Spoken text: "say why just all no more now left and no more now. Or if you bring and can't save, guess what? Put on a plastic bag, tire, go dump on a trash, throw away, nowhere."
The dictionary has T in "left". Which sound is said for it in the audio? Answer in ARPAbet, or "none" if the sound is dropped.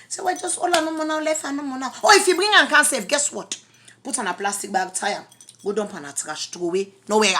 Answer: none